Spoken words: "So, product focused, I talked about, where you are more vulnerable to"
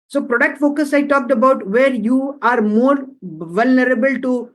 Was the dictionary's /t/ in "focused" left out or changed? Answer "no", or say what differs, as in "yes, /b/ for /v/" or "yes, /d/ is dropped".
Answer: yes, /t/ is dropped